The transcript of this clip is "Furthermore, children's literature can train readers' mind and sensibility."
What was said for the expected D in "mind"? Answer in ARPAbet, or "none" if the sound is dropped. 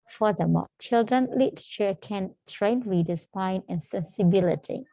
none